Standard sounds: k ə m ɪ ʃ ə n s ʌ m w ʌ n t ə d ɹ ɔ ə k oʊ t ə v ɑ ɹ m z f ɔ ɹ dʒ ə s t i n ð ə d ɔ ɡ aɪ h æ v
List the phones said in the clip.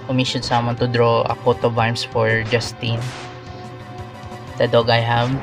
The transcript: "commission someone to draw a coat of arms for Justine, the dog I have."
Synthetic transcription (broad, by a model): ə m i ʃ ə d s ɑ m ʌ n t ə d ɹ ɔ ə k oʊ t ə b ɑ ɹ m s f ɔ ɹ dʒ ə s t i n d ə d ɔ ɡ aɪ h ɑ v